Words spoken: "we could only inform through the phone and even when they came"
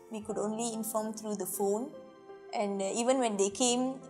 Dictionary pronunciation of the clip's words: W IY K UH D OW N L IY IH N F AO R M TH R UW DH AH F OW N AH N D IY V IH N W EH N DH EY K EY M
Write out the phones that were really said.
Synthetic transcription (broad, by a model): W IY K UH D OW N L IY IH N F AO M T R UW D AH F OW N AH N D IY V IH N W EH N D EY K EY M